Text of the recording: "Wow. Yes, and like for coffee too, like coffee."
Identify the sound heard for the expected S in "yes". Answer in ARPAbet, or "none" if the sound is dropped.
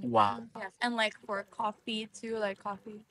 none